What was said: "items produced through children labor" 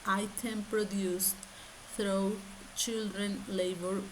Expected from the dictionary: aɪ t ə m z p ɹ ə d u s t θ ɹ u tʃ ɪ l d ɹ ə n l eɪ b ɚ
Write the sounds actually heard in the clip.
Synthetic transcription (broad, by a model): aɪ t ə m p ɹ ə d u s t t ɹ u tʃ ɪ l d ɹ ə n l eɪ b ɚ